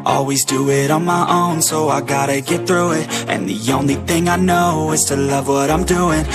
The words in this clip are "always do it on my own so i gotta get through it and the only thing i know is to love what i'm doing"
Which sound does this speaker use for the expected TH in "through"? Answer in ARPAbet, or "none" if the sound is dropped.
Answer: TH